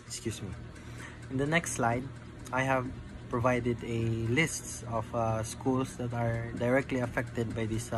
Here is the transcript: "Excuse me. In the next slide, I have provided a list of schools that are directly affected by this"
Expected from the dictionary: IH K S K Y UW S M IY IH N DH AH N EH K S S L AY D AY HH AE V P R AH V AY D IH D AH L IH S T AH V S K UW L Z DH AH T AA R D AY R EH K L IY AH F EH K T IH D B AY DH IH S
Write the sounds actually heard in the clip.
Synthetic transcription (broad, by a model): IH K S K Y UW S M IY IH N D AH N EH K S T L AY D AY HH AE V P R AH V AY D IH D AH L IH S T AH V S K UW L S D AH T AA R D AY R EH K L IY AH F EH K T IH D B AY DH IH S